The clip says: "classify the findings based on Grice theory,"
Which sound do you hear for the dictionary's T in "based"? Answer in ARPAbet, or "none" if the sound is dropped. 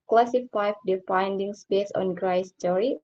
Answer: none